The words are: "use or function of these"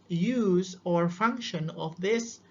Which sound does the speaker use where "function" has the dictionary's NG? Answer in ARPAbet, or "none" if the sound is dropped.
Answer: NG